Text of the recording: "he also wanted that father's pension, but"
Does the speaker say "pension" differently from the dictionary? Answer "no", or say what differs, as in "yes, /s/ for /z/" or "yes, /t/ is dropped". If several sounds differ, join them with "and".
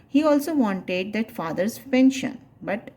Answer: no